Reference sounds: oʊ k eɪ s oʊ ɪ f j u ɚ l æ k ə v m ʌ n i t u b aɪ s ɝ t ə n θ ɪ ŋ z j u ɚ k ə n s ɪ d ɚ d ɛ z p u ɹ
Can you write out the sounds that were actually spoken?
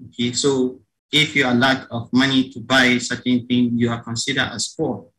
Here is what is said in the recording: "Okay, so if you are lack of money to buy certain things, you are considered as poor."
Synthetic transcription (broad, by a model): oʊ k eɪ s oʊ ɪ f j u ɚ l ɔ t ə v m ʌ n i t u b aɪ s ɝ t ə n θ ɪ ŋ j u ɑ k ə n s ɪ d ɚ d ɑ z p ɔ